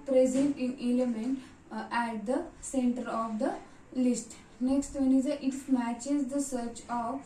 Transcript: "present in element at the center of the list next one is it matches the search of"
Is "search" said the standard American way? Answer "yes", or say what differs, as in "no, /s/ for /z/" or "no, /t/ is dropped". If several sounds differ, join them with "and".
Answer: yes